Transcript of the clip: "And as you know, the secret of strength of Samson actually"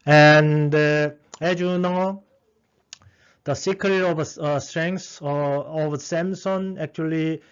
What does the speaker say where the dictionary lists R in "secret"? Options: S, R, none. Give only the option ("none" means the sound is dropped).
none